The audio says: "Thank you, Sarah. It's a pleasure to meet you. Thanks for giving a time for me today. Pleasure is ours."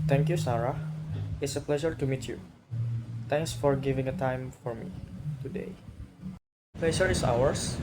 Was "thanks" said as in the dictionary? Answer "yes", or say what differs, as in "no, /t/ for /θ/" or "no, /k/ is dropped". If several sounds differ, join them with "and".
no, /t/ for /θ/